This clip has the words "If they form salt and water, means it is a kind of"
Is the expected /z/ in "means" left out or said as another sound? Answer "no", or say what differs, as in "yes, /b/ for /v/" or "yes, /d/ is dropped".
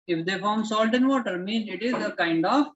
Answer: yes, /z/ is dropped